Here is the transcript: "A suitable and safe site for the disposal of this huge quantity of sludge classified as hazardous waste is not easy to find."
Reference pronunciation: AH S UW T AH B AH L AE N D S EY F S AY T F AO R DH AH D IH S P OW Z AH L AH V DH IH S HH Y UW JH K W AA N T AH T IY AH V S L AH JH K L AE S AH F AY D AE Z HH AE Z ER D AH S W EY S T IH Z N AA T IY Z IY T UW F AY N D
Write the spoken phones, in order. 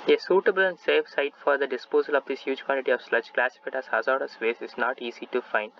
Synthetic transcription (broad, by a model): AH S UW T AH B AH L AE N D S EY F S AY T F AO R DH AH D IH S P OW Z AH L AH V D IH S HH Y UW JH K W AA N T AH T IY AH V S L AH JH K L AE S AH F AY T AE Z HH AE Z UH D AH S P EY S IH Z N AA T IY Z IY T UW F AY N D